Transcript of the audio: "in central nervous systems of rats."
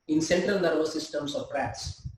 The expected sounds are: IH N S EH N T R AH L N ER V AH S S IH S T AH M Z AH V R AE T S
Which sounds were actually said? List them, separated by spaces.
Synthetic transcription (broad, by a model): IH N S EH N T R AH L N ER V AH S S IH S T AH M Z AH P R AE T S